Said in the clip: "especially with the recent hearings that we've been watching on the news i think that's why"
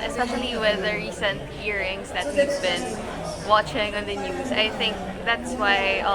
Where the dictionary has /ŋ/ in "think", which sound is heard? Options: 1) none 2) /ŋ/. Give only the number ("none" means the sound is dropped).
2